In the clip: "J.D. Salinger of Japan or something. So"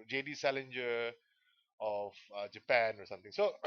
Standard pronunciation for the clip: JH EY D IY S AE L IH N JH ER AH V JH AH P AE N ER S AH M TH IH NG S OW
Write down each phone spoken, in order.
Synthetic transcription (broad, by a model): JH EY D IY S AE L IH N JH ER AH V JH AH P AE N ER S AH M T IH NG S OW